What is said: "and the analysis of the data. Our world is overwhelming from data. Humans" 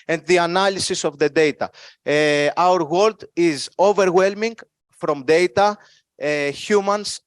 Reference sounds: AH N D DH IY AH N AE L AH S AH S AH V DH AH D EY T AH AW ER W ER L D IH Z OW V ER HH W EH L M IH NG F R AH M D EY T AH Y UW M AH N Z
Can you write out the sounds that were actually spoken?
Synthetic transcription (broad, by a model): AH N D DH IY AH N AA L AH S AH S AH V DH AH D EY T AH AW ER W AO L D IH Z OW V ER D W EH L M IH NG F R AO M D EY T AH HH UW M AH N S